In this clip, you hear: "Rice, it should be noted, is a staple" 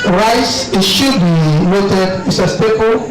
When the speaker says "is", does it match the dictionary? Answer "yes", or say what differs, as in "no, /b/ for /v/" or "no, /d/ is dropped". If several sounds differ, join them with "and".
no, /s/ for /z/